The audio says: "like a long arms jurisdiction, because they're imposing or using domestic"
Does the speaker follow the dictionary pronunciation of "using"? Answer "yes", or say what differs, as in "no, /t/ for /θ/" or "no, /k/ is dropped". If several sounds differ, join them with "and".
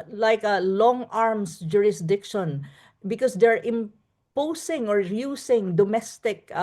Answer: no, /s/ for /z/